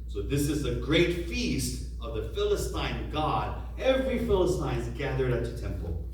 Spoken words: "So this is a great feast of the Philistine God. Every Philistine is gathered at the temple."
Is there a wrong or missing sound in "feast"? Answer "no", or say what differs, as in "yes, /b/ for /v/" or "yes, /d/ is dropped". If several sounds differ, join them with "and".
no